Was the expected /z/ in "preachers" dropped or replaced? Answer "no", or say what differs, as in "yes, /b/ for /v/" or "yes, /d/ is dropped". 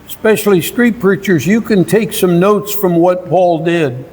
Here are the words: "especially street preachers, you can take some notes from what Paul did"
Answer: no